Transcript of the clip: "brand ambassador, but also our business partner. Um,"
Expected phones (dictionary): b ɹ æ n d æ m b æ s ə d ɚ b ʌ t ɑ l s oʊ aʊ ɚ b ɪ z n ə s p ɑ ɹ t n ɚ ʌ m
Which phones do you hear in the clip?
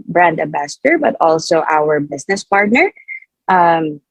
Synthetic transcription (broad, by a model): b ɹ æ n d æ b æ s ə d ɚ b ʌ t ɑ l s oʊ aʊ ɚ b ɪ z n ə s p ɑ ɹ t n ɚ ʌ m